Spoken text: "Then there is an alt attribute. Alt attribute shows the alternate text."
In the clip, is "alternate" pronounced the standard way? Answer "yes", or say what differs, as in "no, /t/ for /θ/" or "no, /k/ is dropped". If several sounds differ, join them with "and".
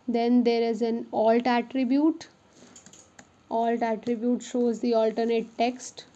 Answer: yes